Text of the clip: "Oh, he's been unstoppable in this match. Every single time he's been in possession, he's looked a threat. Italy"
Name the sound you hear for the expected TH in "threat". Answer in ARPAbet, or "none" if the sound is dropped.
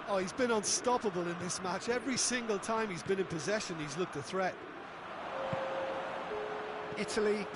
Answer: TH